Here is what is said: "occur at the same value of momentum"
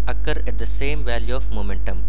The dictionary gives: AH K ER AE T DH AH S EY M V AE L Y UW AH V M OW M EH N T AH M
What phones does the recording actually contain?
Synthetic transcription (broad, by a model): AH K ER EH T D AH S EY M V AE L Y UW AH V M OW M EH N T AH M